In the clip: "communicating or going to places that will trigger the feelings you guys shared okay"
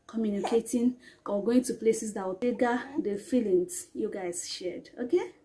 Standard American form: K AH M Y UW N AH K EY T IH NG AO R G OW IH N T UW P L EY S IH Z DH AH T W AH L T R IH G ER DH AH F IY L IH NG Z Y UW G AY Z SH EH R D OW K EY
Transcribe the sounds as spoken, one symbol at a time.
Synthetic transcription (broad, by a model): K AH M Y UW N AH K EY T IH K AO W G OW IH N T UW P L EY S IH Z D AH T W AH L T EH G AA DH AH F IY L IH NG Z Y UW G AY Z SH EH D OW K EY